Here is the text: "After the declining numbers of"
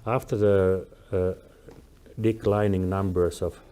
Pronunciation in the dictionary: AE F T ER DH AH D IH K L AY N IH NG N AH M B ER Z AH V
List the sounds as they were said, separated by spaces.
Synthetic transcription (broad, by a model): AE F T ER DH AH D IH K L AY N IH NG N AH M B ER S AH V